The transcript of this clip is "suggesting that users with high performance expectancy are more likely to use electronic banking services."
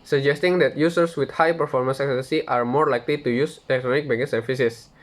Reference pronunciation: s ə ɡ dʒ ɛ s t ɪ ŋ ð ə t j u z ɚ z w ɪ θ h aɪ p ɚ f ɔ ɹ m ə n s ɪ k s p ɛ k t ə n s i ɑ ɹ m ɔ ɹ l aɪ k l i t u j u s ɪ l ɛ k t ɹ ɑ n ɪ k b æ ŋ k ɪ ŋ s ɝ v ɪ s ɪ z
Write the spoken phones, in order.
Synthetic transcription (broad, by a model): s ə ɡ dʒ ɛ s t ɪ ŋ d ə t j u s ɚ s w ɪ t h aɪ p ɚ f ɔ ɹ m ə n s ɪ k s ɛ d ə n s i ɑ ɹ m ɔ ɹ l aɪ k l i t u j u s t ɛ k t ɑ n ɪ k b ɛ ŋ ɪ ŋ s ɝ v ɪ s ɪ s